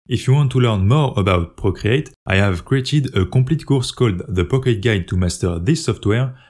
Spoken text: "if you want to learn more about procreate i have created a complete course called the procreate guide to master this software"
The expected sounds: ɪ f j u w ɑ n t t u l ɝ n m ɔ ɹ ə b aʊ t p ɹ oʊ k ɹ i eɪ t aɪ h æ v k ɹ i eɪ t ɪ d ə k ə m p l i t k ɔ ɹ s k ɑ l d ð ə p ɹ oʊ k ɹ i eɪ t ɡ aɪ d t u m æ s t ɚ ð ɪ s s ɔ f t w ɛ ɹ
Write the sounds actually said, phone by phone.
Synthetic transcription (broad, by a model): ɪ f j u w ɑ n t t u l ɝ n m ɔ ɹ ə b aʊ t p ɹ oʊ k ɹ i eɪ t aɪ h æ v k ɹ i eɪ t ɪ d ə k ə p l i t k ɔ ɹ s k ɑ l d ð ə p oʊ k i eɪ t ɡ aɪ d t u m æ s t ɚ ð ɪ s s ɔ f t w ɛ ɹ